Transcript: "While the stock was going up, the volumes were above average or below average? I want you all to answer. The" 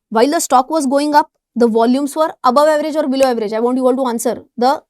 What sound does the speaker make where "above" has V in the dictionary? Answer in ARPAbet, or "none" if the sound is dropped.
V